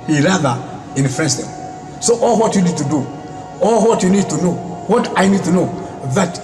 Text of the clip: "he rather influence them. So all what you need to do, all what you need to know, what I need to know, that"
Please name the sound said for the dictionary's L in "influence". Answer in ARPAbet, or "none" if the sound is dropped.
none